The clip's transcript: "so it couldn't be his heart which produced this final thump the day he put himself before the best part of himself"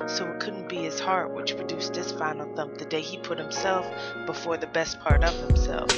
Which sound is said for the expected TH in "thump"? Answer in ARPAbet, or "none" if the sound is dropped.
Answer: TH